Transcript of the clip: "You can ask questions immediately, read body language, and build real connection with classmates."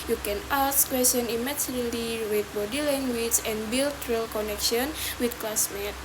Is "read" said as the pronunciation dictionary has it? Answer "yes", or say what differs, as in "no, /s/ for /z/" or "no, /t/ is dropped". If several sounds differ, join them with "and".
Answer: no, /w/ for /ɹ/